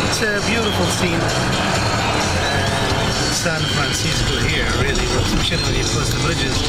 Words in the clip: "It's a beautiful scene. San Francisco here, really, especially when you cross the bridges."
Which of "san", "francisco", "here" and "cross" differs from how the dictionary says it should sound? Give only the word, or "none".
cross